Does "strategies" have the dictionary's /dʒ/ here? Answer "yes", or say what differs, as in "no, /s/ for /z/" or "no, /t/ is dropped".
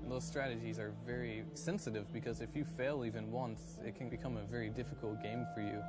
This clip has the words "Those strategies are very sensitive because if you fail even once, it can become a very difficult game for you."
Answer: yes